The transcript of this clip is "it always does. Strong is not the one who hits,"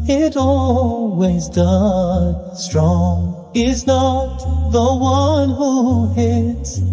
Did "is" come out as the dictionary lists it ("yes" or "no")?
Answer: yes